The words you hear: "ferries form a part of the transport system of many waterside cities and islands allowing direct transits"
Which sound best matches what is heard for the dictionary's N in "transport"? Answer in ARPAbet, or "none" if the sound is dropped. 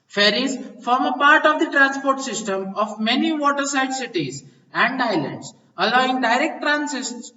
N